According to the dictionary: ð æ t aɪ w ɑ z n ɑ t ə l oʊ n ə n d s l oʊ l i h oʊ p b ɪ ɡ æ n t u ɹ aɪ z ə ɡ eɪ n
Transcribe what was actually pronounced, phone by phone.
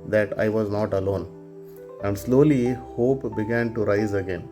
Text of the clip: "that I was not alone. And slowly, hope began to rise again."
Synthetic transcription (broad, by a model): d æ t aɪ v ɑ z n ɑ t ə l oʊ n ə n d s l oʊ l i h oʊ p b ɪ ɡ æ n t u ɹ aɪ z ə ɡ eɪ n